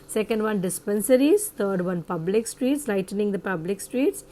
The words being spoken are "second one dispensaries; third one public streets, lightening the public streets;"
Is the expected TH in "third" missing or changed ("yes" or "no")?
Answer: yes